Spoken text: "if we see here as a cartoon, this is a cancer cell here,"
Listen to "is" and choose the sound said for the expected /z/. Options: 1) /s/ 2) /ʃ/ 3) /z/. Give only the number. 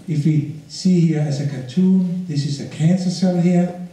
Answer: 1